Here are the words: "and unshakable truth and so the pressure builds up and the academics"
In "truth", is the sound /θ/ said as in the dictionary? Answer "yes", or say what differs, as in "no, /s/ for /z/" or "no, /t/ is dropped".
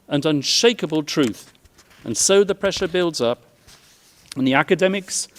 yes